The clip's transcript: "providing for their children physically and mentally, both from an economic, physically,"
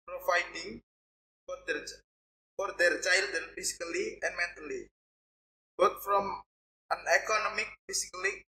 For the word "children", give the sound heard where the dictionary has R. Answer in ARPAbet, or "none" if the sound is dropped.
none